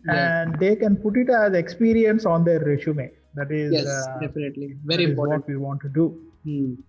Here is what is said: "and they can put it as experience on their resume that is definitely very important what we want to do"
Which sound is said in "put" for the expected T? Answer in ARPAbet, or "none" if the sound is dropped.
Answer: T